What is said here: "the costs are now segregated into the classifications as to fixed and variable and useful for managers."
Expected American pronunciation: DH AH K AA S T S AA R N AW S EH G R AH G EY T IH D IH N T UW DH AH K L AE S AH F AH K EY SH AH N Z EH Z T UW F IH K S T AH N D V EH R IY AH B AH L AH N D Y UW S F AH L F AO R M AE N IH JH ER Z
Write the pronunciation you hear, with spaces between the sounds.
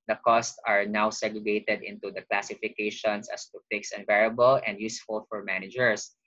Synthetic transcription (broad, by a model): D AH K AA S T S AA R N AW S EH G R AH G EY T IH D IH N T UW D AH K L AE S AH F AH K EY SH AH N S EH S T UW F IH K S AH N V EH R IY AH B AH L AH N D Y UW S F AH L F AO R M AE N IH JH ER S